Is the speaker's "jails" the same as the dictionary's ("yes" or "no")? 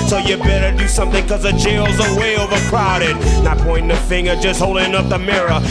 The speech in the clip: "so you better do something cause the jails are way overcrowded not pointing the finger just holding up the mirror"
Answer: yes